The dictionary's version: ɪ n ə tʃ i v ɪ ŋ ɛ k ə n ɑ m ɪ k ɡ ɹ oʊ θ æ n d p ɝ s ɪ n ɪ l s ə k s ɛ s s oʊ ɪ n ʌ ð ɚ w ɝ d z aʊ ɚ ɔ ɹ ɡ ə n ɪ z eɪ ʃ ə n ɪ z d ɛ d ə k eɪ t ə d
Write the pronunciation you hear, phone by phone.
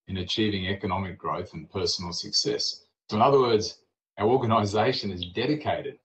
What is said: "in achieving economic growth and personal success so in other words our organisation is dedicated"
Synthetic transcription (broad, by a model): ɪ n ə tʃ i v ɪ ŋ ɛ k ə n ɑ m ɪ k ɡ ɹ oʊ θ n p ɝ s n l s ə k s ɛ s s oʊ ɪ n ʌ ð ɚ w ɝ d z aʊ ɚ ɔ ɹ ɡ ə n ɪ z eɪ ʃ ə n ɪ z d ɛ d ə k eɪ t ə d